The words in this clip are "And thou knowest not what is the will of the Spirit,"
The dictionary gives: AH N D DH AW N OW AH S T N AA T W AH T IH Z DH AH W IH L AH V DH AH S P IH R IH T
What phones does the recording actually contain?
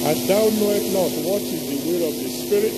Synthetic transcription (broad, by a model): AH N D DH AW N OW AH T N AA T W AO T IH Z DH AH W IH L AH V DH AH S P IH R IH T